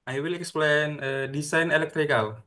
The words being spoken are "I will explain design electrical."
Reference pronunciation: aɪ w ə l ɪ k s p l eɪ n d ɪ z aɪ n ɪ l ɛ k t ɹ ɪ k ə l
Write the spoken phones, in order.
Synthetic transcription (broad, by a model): aɪ w ə l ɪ k s p l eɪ n d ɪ s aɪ n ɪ l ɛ k t ɹ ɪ k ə l